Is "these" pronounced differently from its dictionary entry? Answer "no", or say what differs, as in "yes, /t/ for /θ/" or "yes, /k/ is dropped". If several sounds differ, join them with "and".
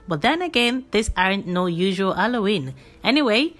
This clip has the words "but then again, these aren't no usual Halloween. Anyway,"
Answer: yes, /s/ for /z/